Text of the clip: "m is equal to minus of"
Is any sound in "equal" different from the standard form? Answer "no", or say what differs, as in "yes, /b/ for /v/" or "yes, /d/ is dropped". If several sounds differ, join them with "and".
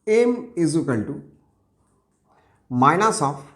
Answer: yes, /n/ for /l/